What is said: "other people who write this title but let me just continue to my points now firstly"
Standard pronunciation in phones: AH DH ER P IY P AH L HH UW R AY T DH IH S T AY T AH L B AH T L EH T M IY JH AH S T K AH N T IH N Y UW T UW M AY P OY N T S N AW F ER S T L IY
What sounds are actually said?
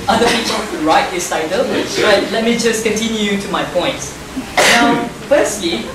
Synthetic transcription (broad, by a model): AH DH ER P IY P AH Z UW R AY T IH S AY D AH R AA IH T L EH T M IY JH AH S K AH N T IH N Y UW T UW M AY P OY N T N AW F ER S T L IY